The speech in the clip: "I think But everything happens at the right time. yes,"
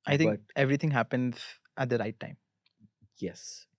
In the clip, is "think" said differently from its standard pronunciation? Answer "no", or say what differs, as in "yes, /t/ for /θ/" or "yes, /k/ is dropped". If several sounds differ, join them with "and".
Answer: yes, /t/ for /θ/ and /ŋ/ is dropped